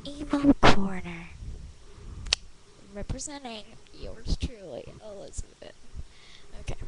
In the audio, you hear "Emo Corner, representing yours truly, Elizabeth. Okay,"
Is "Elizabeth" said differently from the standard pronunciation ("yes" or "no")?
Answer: yes